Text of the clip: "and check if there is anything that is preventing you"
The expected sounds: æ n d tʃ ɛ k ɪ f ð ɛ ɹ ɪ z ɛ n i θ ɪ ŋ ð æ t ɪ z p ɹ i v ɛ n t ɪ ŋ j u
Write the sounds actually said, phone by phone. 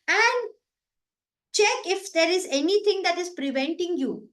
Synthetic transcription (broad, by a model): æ n d tʃ ɛ k ɪ f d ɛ ɹ ɪ z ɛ n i t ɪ ŋ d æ t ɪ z p ɹ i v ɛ n t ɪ ŋ j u